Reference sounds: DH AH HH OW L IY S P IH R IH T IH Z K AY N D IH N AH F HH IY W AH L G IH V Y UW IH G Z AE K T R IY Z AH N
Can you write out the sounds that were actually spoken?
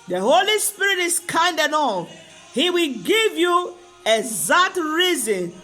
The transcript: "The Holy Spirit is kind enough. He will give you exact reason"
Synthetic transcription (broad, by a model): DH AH HH OW L IY S P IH R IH T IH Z K AY N D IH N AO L HH IY W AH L G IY V Y UW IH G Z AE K T R IY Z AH N